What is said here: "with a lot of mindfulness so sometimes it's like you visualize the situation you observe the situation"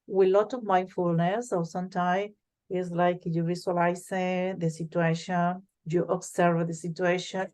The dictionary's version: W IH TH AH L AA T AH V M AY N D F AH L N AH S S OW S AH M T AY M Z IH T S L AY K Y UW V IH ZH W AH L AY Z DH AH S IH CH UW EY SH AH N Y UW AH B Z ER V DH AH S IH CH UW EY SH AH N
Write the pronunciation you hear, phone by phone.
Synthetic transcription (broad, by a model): W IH L AA T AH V M AY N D F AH L N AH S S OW S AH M T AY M IH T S L AY K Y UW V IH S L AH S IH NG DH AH S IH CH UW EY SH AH N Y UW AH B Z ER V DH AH S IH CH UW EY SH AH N